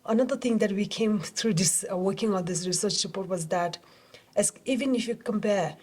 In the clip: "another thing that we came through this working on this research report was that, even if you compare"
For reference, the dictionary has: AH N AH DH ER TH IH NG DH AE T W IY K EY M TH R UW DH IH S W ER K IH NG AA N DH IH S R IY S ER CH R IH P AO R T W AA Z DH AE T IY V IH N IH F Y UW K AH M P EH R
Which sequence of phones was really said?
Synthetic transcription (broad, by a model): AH N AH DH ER T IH NG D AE T W IY K EY M T R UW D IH S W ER K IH NG AA N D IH S R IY S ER CH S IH P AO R T W AA Z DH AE T IY V IH N IH F Y UW K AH M P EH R